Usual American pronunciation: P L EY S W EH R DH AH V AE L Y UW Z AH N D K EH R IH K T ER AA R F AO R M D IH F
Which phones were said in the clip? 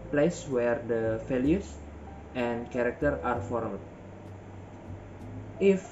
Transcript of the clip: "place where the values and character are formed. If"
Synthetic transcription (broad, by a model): P L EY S W EH R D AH F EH L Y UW S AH N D K EH R IH K T ER AA R F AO R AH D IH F